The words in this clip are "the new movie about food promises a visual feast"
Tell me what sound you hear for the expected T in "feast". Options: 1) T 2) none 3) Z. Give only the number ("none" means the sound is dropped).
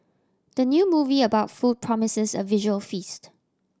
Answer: 1